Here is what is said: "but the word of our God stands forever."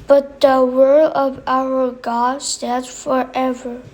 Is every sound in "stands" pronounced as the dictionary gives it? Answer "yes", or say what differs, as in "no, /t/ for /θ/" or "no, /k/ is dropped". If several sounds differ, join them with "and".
no, /n/ is dropped and /z/ is dropped